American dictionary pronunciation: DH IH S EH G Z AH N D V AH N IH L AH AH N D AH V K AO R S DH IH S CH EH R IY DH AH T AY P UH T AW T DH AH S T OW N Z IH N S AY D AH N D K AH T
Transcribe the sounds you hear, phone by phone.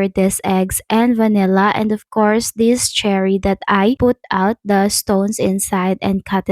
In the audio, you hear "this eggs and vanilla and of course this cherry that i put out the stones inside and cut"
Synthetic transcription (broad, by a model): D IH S EH G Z AH N D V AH N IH L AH AH N D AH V K AO R S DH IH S CH EH R IY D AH T AY P UH T AW T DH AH S T OW N S IH N S AY D AH N D K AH T